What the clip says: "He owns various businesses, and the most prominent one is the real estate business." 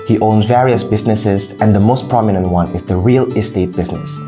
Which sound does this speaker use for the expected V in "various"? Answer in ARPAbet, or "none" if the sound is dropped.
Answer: V